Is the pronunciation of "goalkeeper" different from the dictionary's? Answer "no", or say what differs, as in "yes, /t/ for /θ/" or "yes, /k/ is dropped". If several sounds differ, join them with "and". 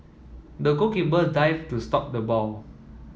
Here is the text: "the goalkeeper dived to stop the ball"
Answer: yes, /l/ is dropped and /b/ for /p/